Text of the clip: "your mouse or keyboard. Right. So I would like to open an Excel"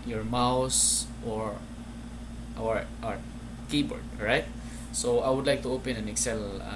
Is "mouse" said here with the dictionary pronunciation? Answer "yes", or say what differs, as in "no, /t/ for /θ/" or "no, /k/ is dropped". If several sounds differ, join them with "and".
yes